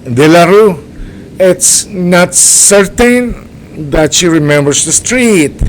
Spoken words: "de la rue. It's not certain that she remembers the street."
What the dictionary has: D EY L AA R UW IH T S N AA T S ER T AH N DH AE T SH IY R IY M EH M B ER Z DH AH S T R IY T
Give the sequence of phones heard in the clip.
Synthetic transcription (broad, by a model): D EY L AA R UW IH T S N AA T S ER T AH N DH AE T SH IY R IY M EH M B ER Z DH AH S T R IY T